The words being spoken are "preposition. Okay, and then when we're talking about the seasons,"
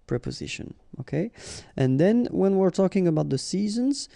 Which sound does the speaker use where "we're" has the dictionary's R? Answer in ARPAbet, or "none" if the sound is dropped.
R